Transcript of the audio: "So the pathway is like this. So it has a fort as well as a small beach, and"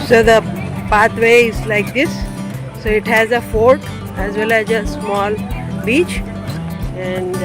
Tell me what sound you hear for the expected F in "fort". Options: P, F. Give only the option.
F